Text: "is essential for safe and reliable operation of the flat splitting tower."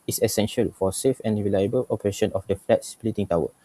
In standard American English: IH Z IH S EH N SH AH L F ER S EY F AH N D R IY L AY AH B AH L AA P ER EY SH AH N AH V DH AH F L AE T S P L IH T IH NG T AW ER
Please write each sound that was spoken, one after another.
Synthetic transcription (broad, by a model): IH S IH S EH N SH AH L F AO S EY F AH N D R IY L AY AH B AH L AA P ER EY SH AH N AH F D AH F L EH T S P L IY T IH NG T AW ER